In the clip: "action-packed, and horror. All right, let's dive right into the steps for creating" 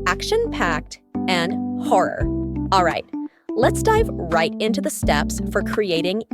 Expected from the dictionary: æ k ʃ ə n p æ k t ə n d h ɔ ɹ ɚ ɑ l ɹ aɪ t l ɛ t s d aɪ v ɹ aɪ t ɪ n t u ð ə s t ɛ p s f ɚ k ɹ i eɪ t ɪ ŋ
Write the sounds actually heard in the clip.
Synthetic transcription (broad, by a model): æ k ʃ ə n p æ k t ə n h ɔ ɹ ɚ ɑ l ɹ aɪ t l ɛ t s d aɪ v ɹ aɪ t ɪ n t u ð ə s t ɛ p s f ɚ k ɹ i eɪ t ɪ ŋ